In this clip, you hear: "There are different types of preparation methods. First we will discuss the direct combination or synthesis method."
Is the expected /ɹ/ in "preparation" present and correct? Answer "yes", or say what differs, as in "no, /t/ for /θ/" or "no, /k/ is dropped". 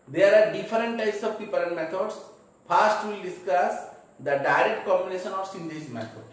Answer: no, /ɹ/ is dropped